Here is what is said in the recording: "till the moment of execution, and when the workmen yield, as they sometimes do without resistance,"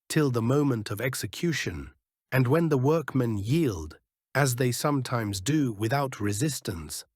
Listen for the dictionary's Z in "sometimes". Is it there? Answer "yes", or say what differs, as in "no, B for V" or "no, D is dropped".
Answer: yes